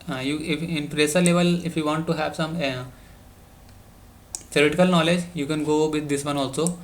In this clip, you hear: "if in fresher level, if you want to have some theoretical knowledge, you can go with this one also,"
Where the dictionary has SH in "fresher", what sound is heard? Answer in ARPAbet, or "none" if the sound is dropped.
S